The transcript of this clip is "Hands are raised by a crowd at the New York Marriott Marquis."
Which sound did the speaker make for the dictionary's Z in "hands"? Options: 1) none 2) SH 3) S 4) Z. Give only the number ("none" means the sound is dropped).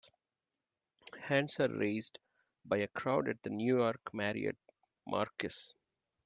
3